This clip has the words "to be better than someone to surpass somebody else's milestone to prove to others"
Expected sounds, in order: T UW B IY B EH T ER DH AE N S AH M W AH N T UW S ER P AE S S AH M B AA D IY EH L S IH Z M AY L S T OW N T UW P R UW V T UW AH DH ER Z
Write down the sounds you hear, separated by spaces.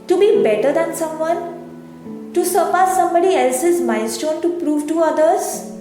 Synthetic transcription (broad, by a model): T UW B IY B EH T ER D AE N S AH M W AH N T UW S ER P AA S S AH M B AA D IY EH L S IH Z M AY N S T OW N T UW P R UW V T UW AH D ER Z